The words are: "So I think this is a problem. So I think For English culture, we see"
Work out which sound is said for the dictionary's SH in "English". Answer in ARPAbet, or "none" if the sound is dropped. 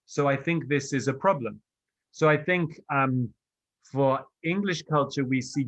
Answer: SH